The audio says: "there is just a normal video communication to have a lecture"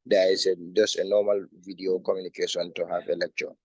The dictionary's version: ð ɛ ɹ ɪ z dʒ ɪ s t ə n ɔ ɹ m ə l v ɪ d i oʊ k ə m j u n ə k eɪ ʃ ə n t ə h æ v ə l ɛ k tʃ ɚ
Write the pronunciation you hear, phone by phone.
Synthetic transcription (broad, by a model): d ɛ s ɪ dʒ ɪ s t ə n ɔ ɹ m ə l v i d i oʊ k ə m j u n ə k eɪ s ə n t ə h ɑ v ə l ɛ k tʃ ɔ